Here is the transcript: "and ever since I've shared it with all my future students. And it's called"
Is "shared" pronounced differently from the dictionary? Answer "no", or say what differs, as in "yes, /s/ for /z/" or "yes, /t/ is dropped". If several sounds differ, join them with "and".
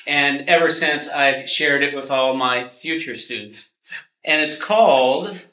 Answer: no